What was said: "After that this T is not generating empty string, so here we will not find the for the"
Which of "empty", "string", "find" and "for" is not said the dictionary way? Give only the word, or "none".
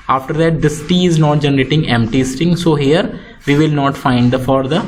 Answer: string